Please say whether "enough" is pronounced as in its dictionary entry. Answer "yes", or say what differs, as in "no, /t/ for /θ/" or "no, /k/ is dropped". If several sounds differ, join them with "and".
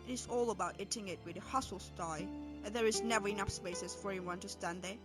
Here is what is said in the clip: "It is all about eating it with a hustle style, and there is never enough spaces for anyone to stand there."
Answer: no, /p/ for /f/